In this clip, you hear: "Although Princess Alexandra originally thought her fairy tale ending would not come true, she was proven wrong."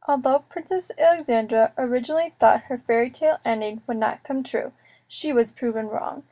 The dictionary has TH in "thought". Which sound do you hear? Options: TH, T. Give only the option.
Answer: TH